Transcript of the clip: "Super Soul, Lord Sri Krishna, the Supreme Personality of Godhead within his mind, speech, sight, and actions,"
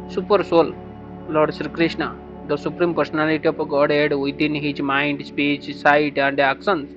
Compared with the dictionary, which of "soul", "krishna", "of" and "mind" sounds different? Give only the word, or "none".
of